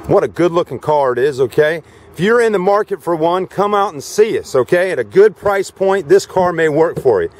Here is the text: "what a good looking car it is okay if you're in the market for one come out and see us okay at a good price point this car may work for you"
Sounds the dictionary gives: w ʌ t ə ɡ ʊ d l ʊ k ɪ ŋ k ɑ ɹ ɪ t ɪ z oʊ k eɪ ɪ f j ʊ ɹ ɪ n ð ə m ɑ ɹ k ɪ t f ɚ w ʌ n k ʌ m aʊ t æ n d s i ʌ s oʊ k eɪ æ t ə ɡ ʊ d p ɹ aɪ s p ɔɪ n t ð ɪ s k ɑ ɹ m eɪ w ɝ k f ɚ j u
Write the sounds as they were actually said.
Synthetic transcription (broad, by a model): w ʌ t ə ɡ ʊ d l ʊ k ɪ ŋ k ɑ ɹ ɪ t ɪ z oʊ k eɪ ɪ f j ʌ ɹ ɪ n ð ə m ɑ ɹ k ɪ t f ɚ w ʌ n k ʌ m aʊ t n s i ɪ s oʊ k eɪ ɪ t ə ɡ ʊ d p ɹ aɪ s p ɔɪ n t ð ɪ s k ɑ ɹ m eɪ w ɝ k f ɚ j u